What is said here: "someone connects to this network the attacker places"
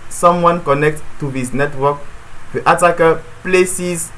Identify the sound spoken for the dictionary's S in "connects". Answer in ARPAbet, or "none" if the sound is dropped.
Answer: none